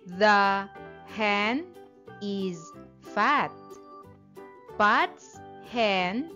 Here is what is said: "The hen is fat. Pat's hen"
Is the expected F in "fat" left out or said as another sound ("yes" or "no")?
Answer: no